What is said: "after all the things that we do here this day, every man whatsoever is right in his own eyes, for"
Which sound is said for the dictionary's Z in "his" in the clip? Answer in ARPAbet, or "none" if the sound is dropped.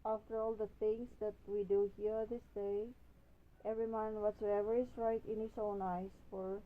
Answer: S